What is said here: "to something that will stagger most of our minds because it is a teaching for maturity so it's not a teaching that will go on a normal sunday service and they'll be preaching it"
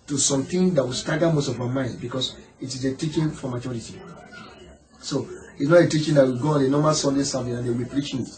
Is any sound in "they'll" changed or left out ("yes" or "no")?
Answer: yes